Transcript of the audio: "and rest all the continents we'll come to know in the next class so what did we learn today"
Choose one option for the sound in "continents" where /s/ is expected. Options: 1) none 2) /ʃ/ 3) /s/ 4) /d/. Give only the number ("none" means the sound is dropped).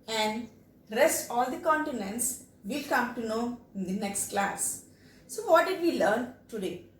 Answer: 3